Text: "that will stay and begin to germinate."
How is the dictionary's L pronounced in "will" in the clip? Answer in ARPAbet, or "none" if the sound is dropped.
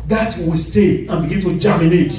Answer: W